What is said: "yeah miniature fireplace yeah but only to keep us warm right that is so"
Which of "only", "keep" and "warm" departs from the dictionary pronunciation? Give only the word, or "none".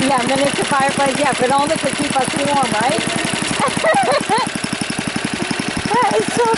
only